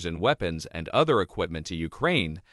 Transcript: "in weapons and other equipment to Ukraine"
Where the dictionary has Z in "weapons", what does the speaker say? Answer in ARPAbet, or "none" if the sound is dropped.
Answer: Z